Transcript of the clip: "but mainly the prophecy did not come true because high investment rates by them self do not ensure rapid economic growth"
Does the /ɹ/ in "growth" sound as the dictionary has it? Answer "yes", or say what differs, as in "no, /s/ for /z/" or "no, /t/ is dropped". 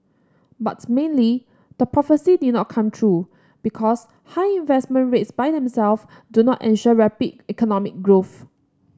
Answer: yes